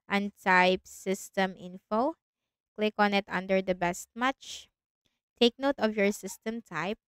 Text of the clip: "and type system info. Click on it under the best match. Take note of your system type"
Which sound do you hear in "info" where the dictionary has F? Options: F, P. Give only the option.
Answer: F